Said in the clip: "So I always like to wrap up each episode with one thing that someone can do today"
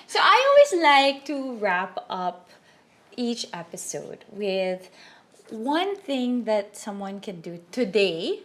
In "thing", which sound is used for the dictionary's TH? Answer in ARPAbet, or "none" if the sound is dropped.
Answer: TH